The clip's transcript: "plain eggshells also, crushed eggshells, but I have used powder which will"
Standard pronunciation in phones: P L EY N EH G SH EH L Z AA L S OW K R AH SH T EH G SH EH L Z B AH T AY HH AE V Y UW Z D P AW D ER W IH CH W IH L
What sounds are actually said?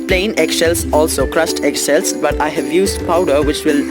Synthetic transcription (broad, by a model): P L EY N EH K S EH L S AA L S OW K R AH S T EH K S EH L S B AH T AY HH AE V Y UW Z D P AW D ER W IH CH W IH L